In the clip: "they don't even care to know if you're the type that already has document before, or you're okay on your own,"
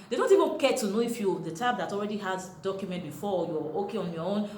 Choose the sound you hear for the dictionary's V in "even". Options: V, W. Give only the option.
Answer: V